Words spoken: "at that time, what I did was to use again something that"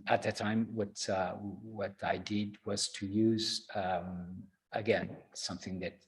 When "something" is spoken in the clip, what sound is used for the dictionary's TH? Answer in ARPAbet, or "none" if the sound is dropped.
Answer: TH